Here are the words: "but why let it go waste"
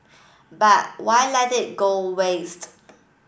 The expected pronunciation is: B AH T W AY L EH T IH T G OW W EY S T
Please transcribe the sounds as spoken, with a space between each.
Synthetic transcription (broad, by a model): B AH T W AY L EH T IH T G OW W EY S T